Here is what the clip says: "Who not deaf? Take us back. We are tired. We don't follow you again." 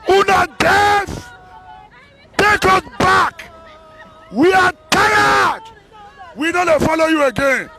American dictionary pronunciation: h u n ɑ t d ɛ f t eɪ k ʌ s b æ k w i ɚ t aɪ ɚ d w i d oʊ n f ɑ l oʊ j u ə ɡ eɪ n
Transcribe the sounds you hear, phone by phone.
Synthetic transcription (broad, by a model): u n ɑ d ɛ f t eɪ k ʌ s b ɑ k w i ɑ t aɪ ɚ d w i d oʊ l f ɑ l oʊ j u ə ɡ eɪ n